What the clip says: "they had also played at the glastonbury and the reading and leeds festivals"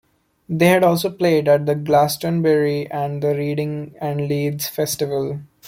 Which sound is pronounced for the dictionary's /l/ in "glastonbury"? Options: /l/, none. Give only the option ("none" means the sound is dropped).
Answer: /l/